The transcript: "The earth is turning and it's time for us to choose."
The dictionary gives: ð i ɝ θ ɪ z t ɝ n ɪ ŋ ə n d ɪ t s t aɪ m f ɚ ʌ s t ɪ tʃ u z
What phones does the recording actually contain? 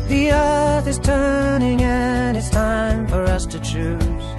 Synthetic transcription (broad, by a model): ð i ɝ θ ɪ z t ɝ n ɪ ŋ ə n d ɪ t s t aɪ m f ɚ ʌ s t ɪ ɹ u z